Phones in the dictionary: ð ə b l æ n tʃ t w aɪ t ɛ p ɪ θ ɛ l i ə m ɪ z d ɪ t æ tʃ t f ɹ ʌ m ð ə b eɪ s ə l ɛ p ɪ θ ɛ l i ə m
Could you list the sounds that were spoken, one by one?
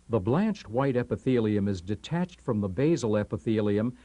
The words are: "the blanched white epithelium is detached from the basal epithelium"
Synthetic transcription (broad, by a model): ð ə b l æ n tʃ t w aɪ t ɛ p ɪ θ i l i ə m ɪ z d ɪ t æ tʃ t f ɹ ʌ m ð ə b eɪ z l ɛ p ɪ θ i l i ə m